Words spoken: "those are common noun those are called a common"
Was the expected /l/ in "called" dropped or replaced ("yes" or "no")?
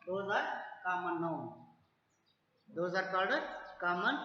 yes